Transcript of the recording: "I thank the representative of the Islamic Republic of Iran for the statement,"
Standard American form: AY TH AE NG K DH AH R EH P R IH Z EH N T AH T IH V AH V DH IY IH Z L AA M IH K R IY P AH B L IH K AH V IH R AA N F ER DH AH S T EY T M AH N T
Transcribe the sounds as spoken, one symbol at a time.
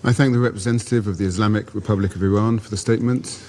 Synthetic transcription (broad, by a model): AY TH AE NG K DH AH R EH P R IH Z EH N T AH T IH V AH V DH IY IH Z L AA M IH K R IY P AH B L IH K AH V IH R AA N F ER DH AH S T EY T M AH N T